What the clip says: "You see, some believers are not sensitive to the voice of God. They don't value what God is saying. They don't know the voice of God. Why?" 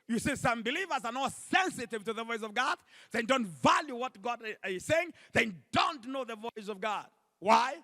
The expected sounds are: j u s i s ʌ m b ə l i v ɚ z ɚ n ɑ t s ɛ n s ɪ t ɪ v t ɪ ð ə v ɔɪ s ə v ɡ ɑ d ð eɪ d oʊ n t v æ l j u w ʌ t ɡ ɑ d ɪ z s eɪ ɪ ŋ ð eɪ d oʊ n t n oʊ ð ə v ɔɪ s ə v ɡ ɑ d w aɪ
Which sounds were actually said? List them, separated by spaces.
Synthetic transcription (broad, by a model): j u s i s ʌ m b ə l i v ɚ z ɚ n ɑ s ɛ n s ɪ t ɪ v t ɪ ð ə v ɔɪ s ə v ɡ ɑ d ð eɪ d oʊ n t v æ l j u w ʌ t ɡ ɑ d ɪ z s eɪ ɪ ŋ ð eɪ d oʊ n t n oʊ ð ə v ɔɪ s ə v ɡ ɑ d w aɪ